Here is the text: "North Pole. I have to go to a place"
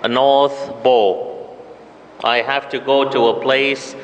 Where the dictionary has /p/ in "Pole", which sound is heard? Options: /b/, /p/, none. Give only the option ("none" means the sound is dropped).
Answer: /b/